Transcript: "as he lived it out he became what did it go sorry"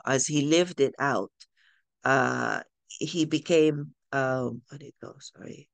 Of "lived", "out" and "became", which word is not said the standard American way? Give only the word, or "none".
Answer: none